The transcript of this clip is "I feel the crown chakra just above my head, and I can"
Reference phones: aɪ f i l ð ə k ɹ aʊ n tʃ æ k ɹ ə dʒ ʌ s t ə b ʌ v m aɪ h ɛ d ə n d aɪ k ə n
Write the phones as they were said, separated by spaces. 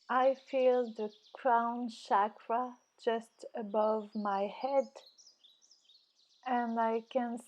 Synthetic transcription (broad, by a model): aɪ f i l ð ə k ɹ aʊ n ʃ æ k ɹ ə dʒ ʌ s t ə b ʌ v m aɪ h ɛ d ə n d aɪ k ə n